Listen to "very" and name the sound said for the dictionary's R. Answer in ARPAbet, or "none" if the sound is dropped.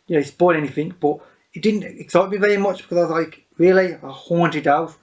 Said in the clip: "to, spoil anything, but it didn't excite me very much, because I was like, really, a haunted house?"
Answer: R